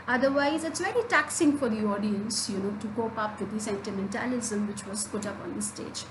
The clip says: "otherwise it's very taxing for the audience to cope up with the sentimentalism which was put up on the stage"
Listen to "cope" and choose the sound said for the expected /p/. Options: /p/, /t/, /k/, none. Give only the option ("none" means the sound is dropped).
/p/